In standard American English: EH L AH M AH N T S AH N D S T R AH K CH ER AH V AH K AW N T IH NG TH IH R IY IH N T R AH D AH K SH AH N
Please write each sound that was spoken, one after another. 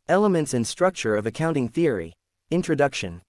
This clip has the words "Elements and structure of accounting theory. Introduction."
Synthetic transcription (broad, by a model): EH L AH M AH N T S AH N S T R AH K CH ER AH V AH K AW N T IH NG TH IH R IY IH N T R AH D AH K SH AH N